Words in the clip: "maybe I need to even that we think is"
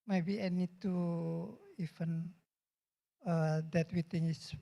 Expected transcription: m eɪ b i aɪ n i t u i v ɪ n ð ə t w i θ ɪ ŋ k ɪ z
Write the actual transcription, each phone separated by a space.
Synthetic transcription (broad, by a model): m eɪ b i aɪ n i t u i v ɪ n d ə t w i t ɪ ŋ ɪ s